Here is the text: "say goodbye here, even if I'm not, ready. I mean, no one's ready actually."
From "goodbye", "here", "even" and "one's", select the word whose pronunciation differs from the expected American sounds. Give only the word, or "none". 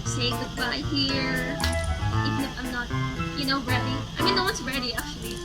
one's